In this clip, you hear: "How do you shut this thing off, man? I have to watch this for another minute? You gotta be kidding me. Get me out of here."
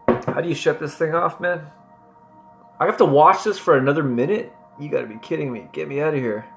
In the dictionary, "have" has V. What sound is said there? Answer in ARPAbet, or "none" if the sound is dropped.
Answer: F